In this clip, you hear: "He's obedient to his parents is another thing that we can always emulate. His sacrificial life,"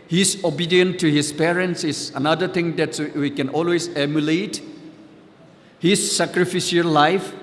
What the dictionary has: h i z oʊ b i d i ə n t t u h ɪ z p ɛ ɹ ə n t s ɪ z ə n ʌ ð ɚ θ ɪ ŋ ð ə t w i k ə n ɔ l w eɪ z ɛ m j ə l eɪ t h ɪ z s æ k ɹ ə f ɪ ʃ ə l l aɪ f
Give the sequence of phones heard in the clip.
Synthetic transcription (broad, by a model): h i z oʊ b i d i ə n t t u h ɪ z p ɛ ɹ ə n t s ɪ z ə n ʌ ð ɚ t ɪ ŋ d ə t w i k ə n ɔ l w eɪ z ɛ m j ə l eɪ t h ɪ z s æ k ɹ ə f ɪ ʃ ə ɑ l aɪ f